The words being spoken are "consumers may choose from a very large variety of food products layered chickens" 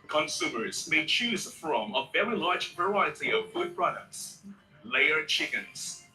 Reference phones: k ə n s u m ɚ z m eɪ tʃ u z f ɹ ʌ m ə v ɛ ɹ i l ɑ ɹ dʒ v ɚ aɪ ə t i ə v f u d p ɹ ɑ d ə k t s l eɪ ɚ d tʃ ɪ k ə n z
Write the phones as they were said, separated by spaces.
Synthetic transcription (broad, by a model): k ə n s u m ɚ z m eɪ tʃ u z f ɹ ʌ m ə v ɛ ɹ i l ɑ ɹ dʒ v ɚ aɪ ə t i ə v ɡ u d p ɹ ɑ d ə k t s l eɪ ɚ tʃ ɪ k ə n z